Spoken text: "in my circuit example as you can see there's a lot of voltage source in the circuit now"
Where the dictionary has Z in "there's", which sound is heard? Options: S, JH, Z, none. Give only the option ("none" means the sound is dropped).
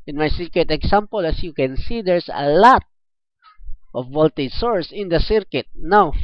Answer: S